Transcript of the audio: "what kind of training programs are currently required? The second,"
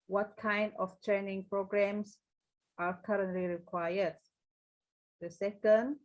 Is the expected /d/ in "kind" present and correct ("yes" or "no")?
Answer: yes